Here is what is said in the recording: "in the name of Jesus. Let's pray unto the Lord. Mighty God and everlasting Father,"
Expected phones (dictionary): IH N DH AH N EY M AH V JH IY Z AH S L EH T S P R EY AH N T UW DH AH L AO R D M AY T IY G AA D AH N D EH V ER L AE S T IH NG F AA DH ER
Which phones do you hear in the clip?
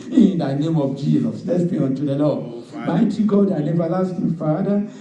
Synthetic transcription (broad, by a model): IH N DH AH N EY M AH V JH IY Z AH S L EH T S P EY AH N T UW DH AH L AO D M AY T IY G AA D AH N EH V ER L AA S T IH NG F AA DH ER